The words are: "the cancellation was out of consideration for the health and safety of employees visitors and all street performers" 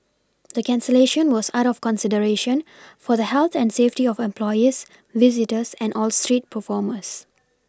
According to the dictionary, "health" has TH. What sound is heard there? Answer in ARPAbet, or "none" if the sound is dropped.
T